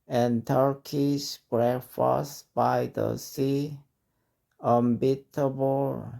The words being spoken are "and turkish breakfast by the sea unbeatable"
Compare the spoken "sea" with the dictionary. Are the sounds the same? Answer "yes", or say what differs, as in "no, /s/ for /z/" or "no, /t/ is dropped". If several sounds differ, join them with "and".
yes